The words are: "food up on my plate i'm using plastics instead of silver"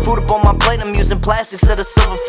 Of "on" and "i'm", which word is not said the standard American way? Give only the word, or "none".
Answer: on